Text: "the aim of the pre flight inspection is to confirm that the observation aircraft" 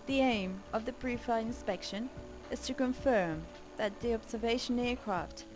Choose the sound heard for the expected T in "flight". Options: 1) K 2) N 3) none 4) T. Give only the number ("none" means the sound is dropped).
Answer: 3